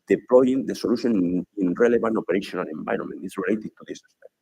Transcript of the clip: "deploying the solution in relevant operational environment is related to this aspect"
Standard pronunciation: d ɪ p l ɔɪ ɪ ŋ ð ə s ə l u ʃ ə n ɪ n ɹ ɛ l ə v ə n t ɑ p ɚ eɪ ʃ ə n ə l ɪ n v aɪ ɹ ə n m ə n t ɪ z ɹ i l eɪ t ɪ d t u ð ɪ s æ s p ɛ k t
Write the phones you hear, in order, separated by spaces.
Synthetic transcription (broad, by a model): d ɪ p l ɔɪ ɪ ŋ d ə s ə l u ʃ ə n ɪ n ɹ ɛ l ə b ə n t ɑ p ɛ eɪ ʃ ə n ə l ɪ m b aɪ ɹ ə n m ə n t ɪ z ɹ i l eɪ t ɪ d t u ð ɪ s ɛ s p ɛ